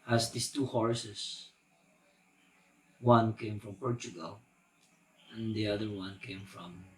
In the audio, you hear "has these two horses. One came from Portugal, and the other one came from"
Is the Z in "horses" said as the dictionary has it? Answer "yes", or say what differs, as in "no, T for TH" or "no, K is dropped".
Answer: no, S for Z